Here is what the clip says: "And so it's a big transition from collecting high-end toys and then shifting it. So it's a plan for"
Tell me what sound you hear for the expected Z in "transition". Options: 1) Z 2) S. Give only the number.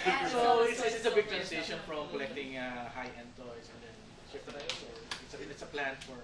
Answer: 2